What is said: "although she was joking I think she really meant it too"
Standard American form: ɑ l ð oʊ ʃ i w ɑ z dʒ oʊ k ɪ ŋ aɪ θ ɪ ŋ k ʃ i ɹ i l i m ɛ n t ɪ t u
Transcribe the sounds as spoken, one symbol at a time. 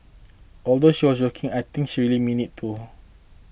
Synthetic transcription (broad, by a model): ɑ l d oʊ ʃ i w ɑ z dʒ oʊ k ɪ ŋ aɪ t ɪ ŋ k ʃ i ɹ i l i m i n ɪ t u